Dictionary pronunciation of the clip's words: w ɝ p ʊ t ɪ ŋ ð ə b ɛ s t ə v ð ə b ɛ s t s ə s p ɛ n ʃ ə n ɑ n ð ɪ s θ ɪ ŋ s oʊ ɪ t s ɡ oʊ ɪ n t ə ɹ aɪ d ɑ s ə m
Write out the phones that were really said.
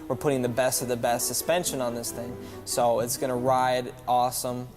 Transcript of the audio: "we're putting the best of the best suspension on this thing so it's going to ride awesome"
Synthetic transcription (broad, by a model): w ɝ p ʊ t ɪ ŋ ð ə b ɛ s t ə v ð ə b ɛ s t s ə s p ɛ n ʃ ə n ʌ n ð ɪ s θ ɪ ŋ s oʊ ɪ t s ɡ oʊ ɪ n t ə ɹ aɪ d ɑ s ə m